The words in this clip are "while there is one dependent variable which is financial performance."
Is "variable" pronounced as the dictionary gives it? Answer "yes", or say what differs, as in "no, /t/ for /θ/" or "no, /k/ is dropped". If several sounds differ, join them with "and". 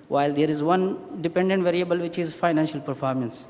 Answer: yes